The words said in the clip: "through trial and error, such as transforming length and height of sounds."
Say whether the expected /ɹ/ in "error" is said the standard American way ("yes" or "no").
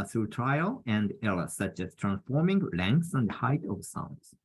no